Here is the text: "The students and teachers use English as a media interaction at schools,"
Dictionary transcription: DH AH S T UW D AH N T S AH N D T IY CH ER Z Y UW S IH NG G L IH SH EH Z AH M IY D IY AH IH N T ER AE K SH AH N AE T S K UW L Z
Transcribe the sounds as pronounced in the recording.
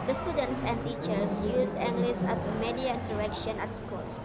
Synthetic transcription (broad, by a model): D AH S T UW D AH N T S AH N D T IY CH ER S Y UW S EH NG G L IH S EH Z AH M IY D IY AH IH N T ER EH K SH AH N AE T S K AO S